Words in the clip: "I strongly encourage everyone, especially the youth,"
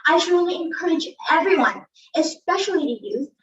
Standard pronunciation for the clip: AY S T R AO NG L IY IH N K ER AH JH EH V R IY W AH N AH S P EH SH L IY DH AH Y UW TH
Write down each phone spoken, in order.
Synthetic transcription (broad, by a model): AY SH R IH L IY IH N K ER AH JH EH V R IY W AH N AH S P EH SH L IY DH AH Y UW